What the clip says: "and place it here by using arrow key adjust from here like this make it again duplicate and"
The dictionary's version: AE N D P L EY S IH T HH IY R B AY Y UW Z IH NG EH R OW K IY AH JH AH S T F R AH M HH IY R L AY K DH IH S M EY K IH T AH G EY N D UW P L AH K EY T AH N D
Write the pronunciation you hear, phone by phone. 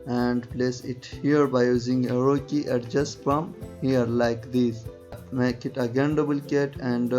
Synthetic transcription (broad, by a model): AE N D P L EY S IH T HH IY R B AY Y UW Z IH NG EH R OW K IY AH JH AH S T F R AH M HH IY R L AY K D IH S M EY K IH T AH G EY N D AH B L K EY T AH N D